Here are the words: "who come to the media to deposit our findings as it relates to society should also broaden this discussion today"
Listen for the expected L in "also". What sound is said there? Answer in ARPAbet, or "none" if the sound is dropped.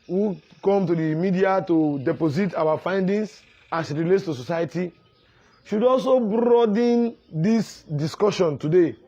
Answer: L